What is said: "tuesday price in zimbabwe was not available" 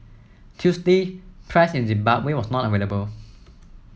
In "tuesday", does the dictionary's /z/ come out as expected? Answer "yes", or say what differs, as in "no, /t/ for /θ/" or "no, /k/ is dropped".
no, /s/ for /z/